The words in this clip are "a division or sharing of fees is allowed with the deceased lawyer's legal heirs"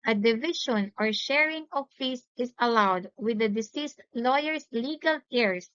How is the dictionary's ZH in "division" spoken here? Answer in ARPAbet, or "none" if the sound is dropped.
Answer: SH